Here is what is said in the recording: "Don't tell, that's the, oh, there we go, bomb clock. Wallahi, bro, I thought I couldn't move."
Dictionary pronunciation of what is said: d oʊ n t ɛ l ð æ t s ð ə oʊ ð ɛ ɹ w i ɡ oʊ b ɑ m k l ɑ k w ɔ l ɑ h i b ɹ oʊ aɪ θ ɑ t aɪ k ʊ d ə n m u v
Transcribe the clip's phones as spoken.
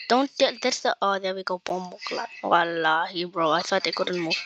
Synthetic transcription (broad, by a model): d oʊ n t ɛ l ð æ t s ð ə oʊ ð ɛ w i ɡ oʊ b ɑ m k l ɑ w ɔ l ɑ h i b ɹ oʊ aɪ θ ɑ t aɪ k ʊ d ə n m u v